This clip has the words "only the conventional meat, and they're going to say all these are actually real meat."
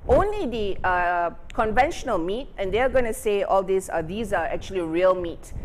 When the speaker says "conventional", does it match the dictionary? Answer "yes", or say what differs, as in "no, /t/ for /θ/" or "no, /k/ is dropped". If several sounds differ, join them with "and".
yes